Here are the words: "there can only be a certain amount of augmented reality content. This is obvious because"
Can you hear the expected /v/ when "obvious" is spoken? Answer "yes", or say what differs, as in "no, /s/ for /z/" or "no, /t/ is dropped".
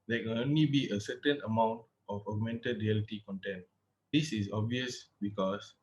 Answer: yes